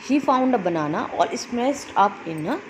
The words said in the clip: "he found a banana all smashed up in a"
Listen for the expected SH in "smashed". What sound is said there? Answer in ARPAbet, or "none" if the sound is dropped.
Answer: S